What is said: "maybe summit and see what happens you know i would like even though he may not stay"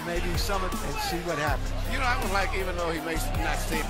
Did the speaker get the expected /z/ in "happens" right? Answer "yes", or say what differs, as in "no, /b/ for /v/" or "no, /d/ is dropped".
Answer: no, /z/ is dropped